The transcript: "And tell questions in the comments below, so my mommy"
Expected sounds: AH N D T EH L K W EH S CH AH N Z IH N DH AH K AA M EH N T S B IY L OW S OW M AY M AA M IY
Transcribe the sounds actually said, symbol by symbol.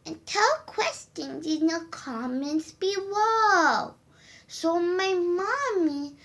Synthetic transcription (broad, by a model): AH N T EH L K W EH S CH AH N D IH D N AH K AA M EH N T S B IY W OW S OW M AY M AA M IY